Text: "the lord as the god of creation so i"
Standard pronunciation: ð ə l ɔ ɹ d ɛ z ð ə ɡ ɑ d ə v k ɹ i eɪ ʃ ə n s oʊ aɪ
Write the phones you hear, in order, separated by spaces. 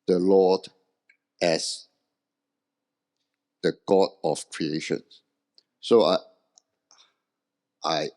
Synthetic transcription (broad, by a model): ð ə l ɔ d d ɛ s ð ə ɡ ɑ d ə f k ɹ i eɪ ʃ ə n s oʊ aɪ